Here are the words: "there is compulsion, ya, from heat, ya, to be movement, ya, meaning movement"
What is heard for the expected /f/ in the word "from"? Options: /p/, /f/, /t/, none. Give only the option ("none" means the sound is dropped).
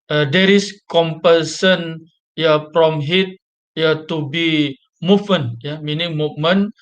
/p/